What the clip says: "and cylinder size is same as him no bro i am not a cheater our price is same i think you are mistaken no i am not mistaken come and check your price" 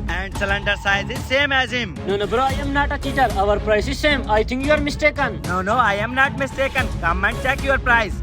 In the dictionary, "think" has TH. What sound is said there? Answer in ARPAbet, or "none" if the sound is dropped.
T